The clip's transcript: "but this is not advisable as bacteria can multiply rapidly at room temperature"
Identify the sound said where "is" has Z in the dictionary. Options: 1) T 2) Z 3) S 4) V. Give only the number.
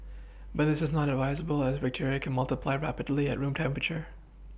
2